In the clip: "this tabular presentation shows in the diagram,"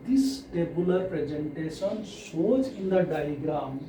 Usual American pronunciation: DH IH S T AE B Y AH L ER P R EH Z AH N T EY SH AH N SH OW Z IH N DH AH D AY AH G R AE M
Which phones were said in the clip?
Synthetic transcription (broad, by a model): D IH S T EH B Y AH L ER P R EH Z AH N T EY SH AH N S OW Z IH N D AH D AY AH G R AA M